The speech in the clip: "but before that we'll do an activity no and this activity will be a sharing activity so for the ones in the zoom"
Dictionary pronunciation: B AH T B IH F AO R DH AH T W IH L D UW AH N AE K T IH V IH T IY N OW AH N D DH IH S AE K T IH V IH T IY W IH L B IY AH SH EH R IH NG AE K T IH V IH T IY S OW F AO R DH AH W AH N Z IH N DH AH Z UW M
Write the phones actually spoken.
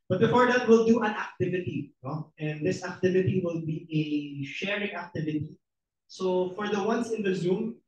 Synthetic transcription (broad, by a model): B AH T B IH F AO R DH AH T W IH L D UW AH N AE K T IH V IH T IY N OW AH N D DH IH S AE K T IH V IH T IY W IH L B IY AH SH EH R IH NG AE K T IH V IH T IY S OW F AO R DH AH W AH N S IH N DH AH Z UW M